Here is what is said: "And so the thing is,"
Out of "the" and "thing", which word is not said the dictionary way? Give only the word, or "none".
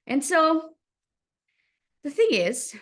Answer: none